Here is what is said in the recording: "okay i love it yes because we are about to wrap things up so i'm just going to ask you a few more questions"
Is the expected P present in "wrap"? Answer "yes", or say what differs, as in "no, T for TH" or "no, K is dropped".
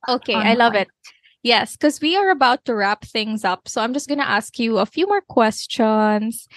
yes